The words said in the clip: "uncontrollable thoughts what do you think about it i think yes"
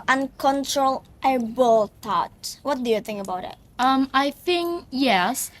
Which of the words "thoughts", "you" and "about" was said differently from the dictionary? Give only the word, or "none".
thoughts